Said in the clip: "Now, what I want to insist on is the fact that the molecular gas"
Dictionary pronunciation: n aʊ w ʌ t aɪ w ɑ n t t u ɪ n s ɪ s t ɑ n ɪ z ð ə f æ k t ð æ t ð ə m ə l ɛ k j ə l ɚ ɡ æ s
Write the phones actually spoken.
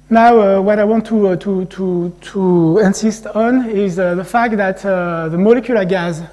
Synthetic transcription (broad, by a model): n aʊ w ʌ t aɪ w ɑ n t t u ɪ n s ɪ s t ɑ n ɪ z ð ə f æ k t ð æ t ð ə m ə l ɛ k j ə l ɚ ɡ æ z